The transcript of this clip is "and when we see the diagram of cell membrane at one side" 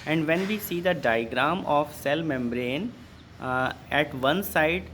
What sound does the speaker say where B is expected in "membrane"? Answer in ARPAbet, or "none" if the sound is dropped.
B